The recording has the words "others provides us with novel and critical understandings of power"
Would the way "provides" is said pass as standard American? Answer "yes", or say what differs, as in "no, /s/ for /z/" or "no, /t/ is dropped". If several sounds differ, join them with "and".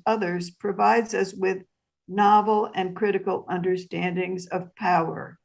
yes